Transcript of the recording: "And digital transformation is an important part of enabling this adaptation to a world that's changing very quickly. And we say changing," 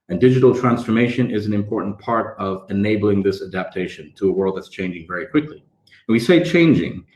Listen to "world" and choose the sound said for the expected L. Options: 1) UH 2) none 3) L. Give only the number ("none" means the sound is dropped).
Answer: 3